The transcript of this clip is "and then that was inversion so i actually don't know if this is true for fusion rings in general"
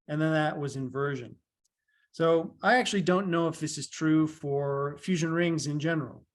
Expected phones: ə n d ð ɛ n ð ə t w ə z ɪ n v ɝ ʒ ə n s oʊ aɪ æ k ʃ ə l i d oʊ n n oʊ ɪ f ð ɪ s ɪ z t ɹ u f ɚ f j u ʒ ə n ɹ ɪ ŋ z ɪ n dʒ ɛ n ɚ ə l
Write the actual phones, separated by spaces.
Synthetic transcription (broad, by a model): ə n ð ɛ n ð ə t w ə z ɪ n v ɝ ʒ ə n s oʊ aɪ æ k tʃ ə l i d oʊ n n oʊ ɪ f ð ɪ s ɪ z t ɹ u f ɚ f j u ʒ ə n ɹ ɪ ŋ z ɪ n dʒ ɛ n ɚ l